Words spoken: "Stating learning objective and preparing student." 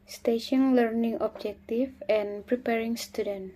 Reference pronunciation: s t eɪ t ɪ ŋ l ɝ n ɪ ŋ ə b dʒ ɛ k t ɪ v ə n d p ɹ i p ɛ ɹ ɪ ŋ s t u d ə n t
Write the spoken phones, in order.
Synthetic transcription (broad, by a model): s t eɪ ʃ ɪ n l ɝ n ɪ ŋ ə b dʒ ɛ k t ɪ f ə n p ɹ i p ɛ ɹ ɪ ŋ s t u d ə n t